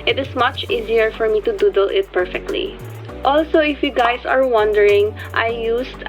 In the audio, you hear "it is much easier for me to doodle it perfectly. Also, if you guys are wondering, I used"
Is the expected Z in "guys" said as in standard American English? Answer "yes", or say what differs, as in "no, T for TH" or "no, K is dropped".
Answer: no, S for Z